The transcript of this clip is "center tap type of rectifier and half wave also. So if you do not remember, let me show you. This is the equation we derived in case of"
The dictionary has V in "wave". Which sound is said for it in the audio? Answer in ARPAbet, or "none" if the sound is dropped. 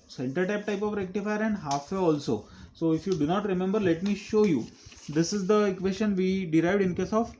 none